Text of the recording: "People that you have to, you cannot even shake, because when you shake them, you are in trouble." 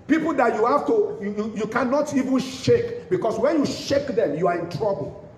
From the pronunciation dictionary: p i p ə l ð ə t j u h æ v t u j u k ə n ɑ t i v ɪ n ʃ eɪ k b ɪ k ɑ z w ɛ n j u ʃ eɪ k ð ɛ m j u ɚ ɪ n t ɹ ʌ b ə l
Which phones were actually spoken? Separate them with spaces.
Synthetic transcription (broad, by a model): p i p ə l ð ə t j u h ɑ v t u j u k ə n ɑ t i v ɪ n ʃ eɪ k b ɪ k ɑ s w ɛ n j u ʃ eɪ k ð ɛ m j u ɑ ɪ n t ɹ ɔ b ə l